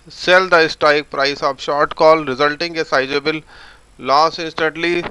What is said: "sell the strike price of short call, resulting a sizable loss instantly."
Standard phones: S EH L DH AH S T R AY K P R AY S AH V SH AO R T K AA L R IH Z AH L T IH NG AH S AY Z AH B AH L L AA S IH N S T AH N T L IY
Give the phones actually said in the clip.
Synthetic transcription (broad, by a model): S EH L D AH S T AY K P R AY S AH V SH AO R T K AA L R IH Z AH L T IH NG AH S AY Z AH B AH L L AA S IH N S T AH N T L IY